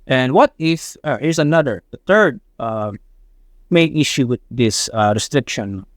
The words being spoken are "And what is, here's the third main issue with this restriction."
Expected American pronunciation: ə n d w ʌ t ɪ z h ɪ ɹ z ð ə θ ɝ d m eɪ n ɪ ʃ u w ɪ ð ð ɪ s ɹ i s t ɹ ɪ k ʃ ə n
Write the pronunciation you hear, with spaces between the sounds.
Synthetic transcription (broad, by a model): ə n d w ʌ t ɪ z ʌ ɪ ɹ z ð ə θ ɝ d m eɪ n ɪ ʃ u w ɪ ð ð ɪ s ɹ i s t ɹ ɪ k ʃ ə n